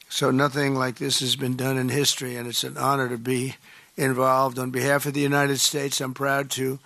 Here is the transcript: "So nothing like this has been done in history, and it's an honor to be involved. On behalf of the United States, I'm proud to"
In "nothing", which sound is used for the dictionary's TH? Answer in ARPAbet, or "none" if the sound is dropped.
TH